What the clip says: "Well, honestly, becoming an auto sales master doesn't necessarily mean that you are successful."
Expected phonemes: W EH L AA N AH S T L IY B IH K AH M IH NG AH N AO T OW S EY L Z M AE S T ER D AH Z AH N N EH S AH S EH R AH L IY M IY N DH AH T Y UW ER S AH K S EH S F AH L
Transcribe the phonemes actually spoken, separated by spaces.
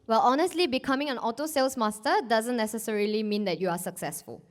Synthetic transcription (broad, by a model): W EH L AA N AH S T L IY B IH K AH M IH NG AH N AO T OW S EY L S M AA S T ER D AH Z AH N N EH S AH S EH R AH L IY M IY N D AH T Y UW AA S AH K S EH S F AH L